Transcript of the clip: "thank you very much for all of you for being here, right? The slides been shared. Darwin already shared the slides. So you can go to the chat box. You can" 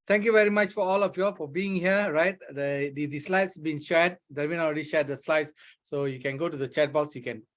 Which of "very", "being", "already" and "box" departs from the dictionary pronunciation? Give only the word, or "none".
box